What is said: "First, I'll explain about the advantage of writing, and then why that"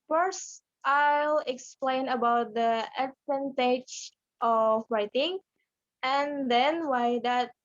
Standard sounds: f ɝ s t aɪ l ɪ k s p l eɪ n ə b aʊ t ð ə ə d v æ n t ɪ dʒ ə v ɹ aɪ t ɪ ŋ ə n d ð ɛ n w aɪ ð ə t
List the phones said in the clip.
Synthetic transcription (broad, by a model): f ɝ s t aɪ l ɪ k s p l eɪ n ə b aʊ t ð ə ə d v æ n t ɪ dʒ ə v ɹ aɪ t ɪ ŋ ə n d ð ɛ n w aɪ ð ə t